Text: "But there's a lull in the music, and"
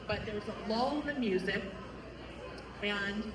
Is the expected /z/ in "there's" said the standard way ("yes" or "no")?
no